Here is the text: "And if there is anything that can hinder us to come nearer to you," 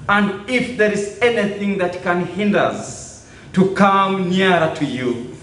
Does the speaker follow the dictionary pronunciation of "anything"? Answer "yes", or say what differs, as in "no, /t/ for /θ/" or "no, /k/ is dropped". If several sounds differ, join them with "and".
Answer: yes